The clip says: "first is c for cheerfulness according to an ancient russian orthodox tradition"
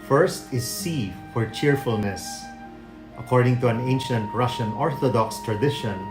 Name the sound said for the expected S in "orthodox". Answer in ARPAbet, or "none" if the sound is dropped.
S